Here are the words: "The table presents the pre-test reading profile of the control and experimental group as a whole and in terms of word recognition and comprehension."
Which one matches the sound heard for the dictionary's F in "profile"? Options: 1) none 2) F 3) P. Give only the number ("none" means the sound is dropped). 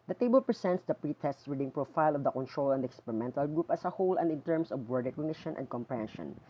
2